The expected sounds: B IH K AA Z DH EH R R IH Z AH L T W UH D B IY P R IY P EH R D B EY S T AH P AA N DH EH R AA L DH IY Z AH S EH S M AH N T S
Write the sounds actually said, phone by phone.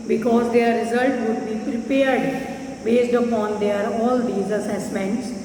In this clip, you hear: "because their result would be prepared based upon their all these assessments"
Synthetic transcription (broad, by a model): B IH K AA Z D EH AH R IH Z AH L T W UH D B IY P R IY P EH R D B EY S T AH P AA N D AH R AA L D IY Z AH S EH S M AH N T S